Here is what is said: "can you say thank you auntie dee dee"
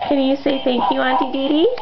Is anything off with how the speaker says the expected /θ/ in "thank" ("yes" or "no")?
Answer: yes